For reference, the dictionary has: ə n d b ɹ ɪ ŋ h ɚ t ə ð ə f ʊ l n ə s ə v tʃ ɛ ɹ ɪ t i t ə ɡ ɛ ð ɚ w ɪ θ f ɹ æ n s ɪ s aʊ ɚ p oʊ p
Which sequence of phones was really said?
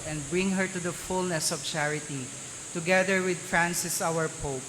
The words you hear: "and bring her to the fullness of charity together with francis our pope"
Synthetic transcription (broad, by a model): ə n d b ɹ ɪ ŋ h ɚ t ə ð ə f ʊ l n ə s ə v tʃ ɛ ɹ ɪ t i t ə ɡ ɛ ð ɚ w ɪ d f ɹ æ n s ɪ s aʊ ɚ p oʊ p